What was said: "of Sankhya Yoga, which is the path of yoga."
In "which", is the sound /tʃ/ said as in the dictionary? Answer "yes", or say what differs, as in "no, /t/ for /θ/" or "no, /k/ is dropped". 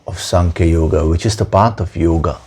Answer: yes